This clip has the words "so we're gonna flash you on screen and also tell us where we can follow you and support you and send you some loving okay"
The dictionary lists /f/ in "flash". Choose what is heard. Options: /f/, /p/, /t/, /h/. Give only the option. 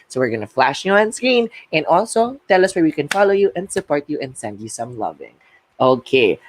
/f/